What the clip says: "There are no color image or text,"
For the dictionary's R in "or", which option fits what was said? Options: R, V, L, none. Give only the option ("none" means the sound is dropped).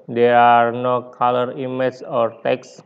R